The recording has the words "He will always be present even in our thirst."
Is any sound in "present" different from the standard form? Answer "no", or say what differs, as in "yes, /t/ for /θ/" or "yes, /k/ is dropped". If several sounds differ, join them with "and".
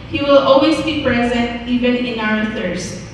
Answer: no